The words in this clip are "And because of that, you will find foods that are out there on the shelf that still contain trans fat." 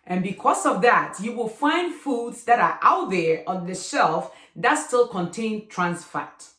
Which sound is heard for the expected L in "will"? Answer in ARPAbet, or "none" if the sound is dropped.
L